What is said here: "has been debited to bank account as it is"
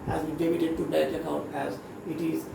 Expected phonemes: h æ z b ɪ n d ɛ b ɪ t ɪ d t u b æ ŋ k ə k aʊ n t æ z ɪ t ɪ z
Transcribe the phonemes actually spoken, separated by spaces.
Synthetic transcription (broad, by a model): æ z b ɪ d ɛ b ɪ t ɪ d t u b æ k ə k aʊ n t æ z ɪ t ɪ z